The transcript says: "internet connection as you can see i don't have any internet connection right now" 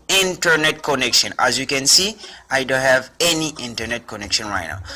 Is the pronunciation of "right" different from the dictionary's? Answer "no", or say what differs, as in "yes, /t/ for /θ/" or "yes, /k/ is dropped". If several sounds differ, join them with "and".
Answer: no